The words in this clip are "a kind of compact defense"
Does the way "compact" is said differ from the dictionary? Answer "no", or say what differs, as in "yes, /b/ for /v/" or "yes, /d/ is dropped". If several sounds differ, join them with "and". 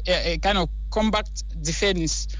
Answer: yes, /b/ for /p/